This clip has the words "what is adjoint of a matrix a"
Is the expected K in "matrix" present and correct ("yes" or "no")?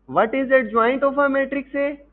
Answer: yes